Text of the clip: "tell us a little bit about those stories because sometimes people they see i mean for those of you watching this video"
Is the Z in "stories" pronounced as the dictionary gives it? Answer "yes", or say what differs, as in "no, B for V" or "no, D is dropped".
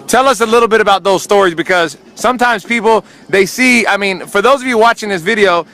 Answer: yes